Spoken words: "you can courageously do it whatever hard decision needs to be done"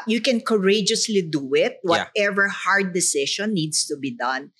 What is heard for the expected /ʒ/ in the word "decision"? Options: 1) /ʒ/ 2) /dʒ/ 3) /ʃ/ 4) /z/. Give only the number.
3